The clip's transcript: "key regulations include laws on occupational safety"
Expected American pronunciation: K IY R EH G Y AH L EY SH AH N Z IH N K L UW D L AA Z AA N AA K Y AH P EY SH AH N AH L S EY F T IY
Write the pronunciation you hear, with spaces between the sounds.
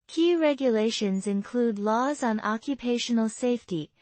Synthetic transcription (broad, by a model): K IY R EH G Y AH L EY SH AH N Z IH N K L UW D L AA Z N AA K Y AH P EY SH AH N AH L S EY F T IY